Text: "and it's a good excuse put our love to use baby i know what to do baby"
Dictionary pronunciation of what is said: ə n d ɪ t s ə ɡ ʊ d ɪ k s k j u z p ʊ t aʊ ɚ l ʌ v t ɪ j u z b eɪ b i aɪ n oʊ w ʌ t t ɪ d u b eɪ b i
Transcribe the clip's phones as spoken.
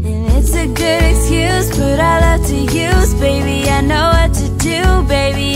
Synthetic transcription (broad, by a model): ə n ɪ t s ə ɡ ʊ d ɪ k s k j u z b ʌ t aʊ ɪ l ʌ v t ɪ j u z b eɪ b i aɪ n oʊ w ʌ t t ɪ d u b eɪ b i